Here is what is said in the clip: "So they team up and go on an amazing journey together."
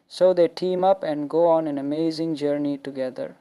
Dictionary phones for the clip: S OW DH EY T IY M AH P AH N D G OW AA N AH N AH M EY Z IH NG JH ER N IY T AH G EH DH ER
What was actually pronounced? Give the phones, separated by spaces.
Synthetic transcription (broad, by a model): S OW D EY T IY M AH P AH N D G OW AA N AH N AH M EY Z IH NG JH ER N IY T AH G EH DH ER